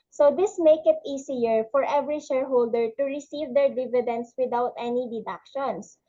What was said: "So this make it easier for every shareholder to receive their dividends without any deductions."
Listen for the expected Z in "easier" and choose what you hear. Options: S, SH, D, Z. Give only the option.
S